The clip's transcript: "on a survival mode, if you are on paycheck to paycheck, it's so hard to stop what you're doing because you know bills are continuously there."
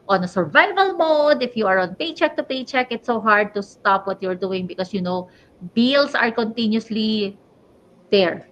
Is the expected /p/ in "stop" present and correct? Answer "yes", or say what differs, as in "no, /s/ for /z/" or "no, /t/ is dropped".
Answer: yes